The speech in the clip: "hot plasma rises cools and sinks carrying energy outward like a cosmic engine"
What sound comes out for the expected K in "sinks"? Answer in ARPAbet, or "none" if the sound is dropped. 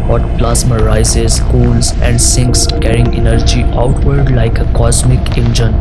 K